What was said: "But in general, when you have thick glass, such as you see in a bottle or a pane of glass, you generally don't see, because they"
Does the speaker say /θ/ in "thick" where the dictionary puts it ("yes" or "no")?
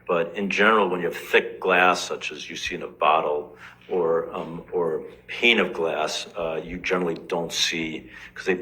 yes